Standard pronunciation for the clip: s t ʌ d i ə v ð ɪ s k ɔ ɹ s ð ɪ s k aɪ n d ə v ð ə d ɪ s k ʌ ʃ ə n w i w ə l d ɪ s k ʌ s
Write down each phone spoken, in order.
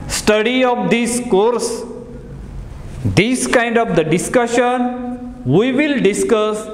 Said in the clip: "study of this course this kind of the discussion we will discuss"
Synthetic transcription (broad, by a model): s t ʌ d i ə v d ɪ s k ɔ ɹ s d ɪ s k aɪ n d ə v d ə d ɪ s k ʌ ʃ ə n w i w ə l d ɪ s k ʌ s